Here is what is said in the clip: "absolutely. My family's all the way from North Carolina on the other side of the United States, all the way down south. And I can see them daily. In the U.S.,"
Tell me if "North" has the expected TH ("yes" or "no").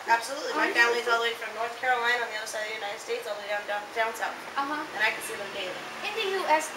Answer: yes